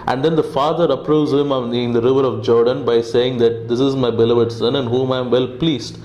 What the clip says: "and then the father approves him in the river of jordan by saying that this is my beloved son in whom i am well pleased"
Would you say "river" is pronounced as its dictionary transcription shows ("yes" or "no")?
yes